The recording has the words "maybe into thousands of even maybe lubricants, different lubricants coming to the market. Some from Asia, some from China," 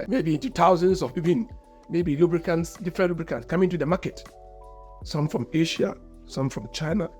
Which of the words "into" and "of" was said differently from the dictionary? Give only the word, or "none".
of